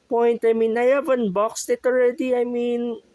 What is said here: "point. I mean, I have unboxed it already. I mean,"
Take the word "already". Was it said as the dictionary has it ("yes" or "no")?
yes